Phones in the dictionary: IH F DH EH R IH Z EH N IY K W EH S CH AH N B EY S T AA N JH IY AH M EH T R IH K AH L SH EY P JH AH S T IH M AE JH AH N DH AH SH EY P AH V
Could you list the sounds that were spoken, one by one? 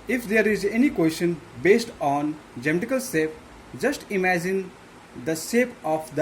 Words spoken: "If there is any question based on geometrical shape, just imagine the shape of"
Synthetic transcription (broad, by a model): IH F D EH R IH Z EH N IY K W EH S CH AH N B EY S T AA N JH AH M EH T IH K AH L S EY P JH AH S T IH M AE JH AH N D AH S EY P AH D